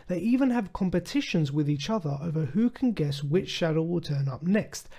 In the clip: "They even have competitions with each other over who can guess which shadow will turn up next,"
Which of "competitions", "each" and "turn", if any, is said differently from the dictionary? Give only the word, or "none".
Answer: none